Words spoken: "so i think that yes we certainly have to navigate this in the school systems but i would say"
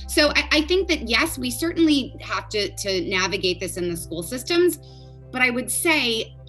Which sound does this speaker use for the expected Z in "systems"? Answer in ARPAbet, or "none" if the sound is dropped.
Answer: Z